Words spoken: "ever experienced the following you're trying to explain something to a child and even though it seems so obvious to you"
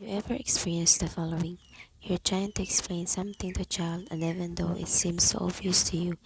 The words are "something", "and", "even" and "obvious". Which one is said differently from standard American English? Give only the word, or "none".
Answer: obvious